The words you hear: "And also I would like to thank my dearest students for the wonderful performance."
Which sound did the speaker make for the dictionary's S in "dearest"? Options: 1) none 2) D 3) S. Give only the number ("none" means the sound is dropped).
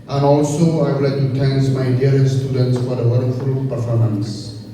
1